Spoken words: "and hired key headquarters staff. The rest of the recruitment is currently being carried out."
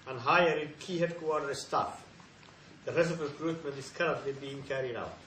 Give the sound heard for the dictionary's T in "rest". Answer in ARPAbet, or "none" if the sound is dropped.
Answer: none